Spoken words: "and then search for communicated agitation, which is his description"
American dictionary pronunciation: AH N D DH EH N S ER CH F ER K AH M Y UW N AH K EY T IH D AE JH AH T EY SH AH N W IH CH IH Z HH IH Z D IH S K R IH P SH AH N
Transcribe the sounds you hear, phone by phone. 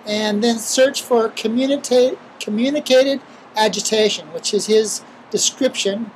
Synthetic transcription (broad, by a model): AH N DH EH N S ER CH F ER K AH M Y UW N AH K EY T IH D AE JH AH T EY SH AH N W IH CH IH Z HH IH Z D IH S K R IH P SH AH N